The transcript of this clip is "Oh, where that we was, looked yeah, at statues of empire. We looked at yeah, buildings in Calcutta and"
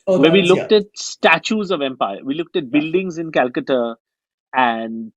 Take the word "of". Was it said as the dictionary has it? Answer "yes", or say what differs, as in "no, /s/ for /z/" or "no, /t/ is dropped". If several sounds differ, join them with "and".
yes